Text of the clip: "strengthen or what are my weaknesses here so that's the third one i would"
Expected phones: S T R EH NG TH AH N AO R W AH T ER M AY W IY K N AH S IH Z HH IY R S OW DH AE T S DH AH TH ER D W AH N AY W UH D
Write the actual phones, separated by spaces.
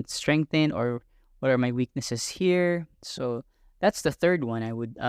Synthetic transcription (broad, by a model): S T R EH NG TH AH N AO R W AH T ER M AY W IY K N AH S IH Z HH IY R S OW DH AE T S DH AH TH ER D W AH N AY W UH D